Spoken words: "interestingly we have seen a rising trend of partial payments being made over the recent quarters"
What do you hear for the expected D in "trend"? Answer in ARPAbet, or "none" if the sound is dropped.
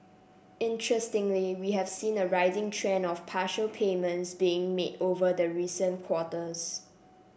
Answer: none